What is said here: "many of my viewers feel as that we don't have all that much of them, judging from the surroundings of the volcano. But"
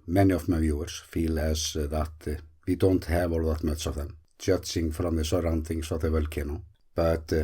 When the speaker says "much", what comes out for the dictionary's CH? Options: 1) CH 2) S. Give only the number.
2